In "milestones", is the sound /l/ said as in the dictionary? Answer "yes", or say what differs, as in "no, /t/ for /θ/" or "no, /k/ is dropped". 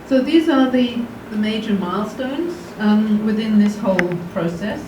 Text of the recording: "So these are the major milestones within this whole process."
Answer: yes